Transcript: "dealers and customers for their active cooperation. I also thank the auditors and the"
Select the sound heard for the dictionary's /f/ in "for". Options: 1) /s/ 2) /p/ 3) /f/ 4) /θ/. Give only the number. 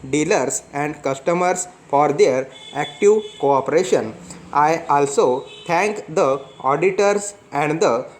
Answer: 3